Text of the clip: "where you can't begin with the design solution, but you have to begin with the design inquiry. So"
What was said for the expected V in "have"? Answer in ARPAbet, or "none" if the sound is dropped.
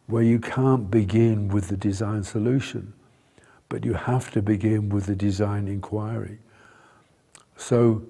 F